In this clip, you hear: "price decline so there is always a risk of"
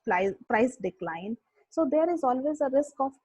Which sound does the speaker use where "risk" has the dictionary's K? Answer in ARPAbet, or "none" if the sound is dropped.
K